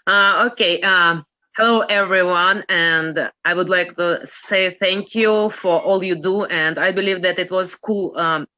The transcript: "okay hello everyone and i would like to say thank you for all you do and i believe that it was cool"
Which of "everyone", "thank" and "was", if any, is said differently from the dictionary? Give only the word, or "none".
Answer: none